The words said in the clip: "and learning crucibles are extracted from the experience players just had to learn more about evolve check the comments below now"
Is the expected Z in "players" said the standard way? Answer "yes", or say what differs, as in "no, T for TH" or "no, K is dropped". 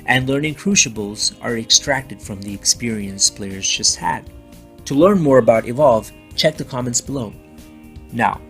yes